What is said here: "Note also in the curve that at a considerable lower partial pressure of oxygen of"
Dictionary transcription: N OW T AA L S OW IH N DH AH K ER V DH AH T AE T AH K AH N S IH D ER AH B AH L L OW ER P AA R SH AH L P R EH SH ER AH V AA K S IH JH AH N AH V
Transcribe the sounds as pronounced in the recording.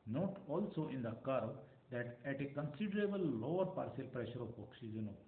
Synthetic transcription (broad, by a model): N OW T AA L S OW IH N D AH K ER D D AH T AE T AH K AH N S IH D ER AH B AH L L OW ER P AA R S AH L P R EH SH ER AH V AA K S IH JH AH N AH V